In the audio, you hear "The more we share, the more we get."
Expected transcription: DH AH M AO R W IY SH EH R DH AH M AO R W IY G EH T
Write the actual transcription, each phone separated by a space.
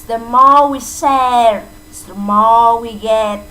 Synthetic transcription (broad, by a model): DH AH M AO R W IY S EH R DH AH M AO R W IY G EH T